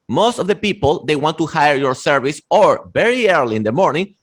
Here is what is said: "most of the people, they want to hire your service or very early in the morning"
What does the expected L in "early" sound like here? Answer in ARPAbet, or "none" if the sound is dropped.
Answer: L